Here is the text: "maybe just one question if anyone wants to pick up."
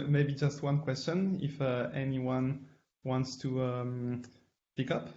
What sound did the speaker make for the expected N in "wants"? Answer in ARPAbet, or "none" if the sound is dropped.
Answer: N